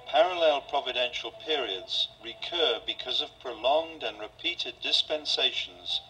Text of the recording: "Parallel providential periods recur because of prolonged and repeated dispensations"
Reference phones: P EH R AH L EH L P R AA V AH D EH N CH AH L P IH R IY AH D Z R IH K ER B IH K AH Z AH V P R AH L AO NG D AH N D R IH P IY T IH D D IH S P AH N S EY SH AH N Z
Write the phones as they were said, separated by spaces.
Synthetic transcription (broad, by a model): P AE R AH L EH L P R AA V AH D EH N SH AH L P IH R IY AH D Z R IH K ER B IH K AH Z AH V P R AH L AO NG D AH N R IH P IY T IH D D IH S P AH N S EY SH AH N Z